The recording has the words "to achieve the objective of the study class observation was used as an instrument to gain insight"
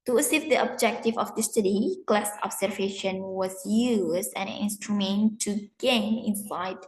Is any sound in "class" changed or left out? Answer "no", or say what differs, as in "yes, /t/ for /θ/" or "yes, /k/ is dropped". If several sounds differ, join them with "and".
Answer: no